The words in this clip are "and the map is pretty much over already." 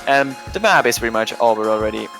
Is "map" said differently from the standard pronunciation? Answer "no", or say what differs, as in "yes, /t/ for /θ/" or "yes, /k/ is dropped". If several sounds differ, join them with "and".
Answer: yes, /b/ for /p/